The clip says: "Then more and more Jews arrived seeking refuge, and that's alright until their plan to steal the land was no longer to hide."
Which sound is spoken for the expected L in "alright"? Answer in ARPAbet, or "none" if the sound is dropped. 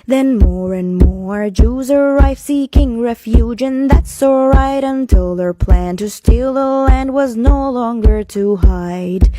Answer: none